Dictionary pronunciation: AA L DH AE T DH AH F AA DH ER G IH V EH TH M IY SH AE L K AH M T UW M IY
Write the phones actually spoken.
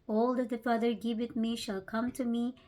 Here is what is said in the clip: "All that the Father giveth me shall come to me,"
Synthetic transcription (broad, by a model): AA L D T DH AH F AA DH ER G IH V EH T M IY SH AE L K AH M T UW M IY